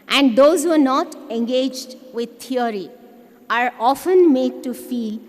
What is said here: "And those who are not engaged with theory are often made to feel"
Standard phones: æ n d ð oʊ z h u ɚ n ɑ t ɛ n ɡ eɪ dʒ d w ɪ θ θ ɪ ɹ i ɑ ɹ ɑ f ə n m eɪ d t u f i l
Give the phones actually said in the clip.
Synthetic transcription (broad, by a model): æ n d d oʊ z h u ɚ n ɑ t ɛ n ɡ eɪ dʒ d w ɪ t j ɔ ɹ i ɑ ɹ ɑ f ə n m eɪ d t u f i l